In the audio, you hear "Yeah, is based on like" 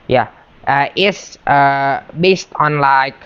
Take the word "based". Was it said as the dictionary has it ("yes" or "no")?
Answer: yes